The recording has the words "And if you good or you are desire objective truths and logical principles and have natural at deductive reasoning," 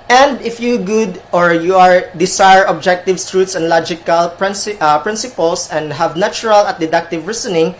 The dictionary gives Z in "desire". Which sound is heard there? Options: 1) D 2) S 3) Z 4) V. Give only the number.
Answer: 2